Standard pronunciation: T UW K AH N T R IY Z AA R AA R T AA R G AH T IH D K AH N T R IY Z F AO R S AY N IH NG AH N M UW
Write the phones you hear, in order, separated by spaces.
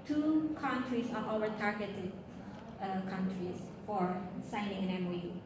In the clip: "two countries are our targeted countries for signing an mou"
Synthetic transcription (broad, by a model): T UW K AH N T R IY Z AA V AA L T AA R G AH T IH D K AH N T R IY S F AO R S AY N IH NG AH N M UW